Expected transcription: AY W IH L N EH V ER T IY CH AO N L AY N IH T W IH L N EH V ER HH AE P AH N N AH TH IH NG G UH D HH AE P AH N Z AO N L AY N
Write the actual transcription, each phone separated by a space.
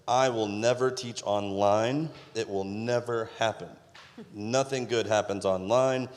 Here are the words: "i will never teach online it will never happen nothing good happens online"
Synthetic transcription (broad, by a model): AY W IH L N EH V ER T IY CH AO N L AY N IH T W IH L N EH V ER HH AE P AH N N AH TH IH NG G UH D HH AE P AH N Z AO N L AY N